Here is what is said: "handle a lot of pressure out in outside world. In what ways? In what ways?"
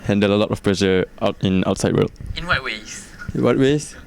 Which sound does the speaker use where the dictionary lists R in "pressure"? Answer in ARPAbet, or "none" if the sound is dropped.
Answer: L